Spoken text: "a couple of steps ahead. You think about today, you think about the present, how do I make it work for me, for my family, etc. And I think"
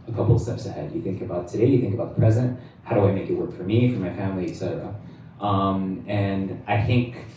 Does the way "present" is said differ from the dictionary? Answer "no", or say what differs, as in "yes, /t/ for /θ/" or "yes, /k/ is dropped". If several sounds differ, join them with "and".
no